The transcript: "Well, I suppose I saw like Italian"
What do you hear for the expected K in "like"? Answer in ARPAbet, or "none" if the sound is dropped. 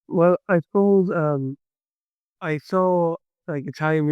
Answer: K